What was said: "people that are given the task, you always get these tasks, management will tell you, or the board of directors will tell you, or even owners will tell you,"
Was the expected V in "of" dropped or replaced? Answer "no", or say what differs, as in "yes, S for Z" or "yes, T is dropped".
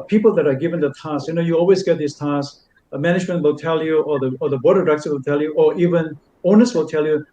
yes, B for V